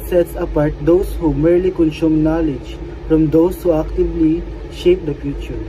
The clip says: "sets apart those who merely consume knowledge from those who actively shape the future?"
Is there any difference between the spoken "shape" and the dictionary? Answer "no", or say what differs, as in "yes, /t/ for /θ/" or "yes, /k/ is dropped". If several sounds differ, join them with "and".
no